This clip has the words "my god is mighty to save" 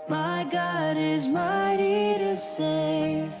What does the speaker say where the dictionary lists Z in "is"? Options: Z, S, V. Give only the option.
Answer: Z